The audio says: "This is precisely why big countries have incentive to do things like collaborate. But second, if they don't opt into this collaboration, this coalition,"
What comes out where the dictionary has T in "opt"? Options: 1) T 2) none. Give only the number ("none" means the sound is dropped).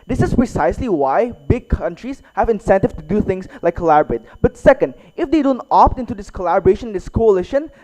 1